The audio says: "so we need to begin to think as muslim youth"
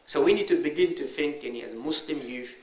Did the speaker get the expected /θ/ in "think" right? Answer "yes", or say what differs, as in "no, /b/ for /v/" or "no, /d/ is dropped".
no, /f/ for /θ/